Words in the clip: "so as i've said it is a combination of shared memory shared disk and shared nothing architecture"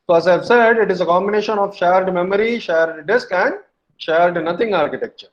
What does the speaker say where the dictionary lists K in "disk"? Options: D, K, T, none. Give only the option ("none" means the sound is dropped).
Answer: K